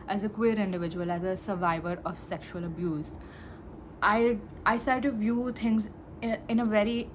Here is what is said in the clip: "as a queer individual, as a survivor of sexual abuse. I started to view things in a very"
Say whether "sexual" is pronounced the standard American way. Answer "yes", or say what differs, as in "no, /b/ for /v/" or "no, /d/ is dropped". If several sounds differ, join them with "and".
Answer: yes